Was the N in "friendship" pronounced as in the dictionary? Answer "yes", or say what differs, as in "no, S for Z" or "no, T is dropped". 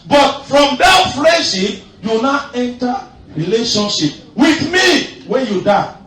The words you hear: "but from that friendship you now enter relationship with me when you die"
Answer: no, N is dropped